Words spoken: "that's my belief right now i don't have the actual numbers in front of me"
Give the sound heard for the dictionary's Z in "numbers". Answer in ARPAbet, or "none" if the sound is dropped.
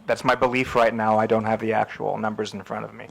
Z